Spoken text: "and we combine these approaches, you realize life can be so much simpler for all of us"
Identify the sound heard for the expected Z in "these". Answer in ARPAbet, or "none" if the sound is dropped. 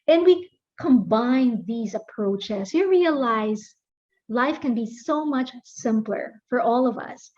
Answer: Z